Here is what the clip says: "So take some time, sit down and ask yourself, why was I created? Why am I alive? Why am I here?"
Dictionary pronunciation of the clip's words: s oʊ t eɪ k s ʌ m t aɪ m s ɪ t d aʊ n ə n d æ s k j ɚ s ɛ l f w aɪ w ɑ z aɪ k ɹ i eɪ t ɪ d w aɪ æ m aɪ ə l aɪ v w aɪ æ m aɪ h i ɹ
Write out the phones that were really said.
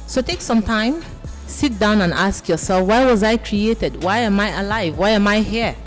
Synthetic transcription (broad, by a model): s oʊ t eɪ k s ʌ m t aɪ m s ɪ t d aʊ n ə n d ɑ s k j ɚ s ɛ l f w aɪ w ɑ z aɪ k ɹ i eɪ t ɪ d w aɪ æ m aɪ ə l aɪ v w aɪ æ m aɪ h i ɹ